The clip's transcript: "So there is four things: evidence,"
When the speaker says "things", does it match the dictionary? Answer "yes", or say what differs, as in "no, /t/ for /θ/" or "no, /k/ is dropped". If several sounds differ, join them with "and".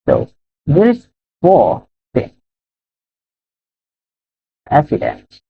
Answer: no, /z/ is dropped